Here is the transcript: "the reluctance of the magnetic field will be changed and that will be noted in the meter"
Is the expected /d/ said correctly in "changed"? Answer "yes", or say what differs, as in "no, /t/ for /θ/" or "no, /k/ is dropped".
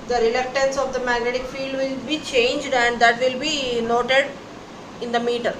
yes